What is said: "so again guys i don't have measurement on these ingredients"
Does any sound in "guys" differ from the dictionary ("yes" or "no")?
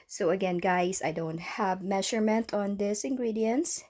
yes